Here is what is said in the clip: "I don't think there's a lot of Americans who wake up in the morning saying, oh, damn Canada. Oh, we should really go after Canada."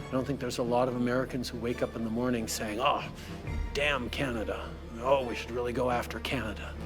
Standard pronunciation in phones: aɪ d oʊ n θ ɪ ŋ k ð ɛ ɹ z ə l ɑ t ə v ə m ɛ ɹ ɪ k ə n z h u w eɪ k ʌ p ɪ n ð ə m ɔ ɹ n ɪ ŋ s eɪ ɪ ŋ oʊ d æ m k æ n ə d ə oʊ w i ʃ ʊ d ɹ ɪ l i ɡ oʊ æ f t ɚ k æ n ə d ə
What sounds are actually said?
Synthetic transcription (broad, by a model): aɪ d oʊ n θ ɪ ŋ k ð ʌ ɹ z ə l ɑ t ə v ə m ɛ ɹ ɪ k ə n z h u w eɪ k ʌ p ɪ n ð ə m ɔ ɹ n ɪ ŋ s eɪ ɪ ŋ oʊ d æ m k æ n ə d ə oʊ w i ʃ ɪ d ɹ ɪ l i ɡ oʊ æ f t ɚ k æ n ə d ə